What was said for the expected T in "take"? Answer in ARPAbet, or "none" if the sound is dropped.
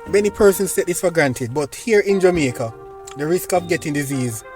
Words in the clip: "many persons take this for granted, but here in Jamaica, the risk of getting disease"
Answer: S